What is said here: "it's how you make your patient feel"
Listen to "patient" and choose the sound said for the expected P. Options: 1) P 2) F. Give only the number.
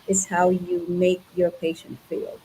1